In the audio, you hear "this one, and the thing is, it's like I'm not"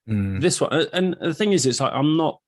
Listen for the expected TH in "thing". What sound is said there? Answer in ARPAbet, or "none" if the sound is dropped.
TH